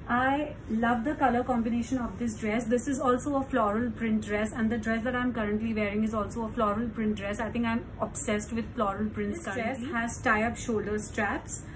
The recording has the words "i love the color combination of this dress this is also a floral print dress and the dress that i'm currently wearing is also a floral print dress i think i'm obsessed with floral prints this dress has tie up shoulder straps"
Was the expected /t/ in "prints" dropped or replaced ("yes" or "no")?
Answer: yes